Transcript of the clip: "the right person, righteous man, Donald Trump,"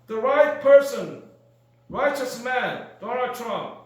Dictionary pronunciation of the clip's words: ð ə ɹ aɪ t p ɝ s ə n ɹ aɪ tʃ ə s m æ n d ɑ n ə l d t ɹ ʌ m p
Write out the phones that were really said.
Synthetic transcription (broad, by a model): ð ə ɹ aɪ t p ɝ s ə n ɹ aɪ tʃ ə s m æ n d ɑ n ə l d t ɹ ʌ m p